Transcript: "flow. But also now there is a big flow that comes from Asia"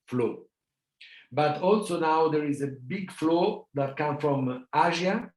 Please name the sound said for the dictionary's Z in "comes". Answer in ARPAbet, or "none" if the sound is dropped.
none